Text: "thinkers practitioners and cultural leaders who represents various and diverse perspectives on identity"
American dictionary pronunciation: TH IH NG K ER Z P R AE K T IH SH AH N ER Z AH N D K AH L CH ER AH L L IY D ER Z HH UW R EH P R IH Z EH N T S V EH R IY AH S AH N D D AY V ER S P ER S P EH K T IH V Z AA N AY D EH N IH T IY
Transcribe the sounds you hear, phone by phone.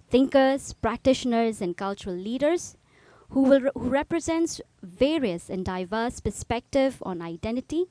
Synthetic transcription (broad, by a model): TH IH NG K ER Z P R AE K T IH SH AH N ER Z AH N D K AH L CH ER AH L L IY D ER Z HH UW R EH P R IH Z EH N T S V EH R IY AH S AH N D D AY V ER S P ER S P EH K T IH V AA N AY D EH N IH T IY